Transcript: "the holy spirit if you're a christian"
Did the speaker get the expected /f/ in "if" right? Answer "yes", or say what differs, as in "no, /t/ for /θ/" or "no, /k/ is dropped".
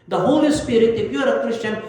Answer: no, /p/ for /f/